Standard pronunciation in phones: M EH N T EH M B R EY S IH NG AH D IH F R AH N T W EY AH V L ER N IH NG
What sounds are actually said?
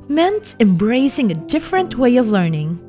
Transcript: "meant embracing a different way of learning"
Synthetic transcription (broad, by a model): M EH N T EH M B R EY S IH NG AH D IH F R AH N T W EY AH V L ER N IH NG